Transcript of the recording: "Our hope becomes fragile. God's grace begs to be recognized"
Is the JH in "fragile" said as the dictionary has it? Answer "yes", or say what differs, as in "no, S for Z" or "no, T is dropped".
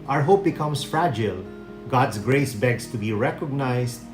yes